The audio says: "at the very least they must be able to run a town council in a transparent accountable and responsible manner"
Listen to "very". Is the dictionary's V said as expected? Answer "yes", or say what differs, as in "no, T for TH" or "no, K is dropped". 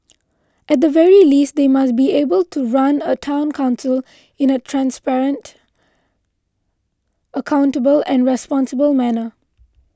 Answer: yes